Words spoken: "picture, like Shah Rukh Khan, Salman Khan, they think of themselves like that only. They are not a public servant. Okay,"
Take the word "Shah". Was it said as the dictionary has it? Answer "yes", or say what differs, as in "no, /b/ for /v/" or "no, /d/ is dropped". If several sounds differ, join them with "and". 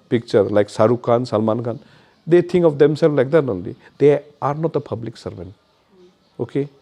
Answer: no, /s/ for /ʃ/